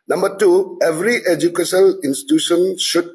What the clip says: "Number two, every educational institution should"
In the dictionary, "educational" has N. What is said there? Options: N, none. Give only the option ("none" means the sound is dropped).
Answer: none